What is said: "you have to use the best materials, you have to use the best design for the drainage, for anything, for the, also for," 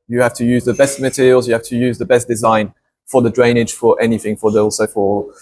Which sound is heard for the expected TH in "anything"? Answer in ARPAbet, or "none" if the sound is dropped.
TH